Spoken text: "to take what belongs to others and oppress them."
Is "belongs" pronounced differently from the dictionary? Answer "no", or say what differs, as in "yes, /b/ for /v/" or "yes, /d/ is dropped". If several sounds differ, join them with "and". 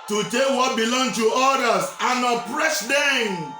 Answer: yes, /z/ is dropped